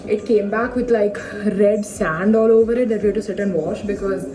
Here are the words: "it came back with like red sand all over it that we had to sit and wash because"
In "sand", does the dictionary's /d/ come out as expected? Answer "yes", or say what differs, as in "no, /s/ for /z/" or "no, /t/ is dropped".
yes